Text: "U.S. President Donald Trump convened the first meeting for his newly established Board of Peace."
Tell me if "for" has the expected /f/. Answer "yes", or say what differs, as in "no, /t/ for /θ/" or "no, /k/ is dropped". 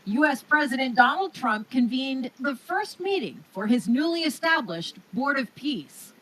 yes